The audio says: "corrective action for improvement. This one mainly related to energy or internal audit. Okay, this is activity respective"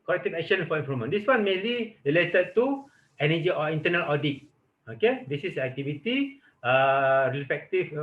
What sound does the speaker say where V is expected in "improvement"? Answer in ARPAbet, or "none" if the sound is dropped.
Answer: none